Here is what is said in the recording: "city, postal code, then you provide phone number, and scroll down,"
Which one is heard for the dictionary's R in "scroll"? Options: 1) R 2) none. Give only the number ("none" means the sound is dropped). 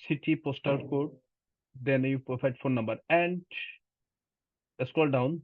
2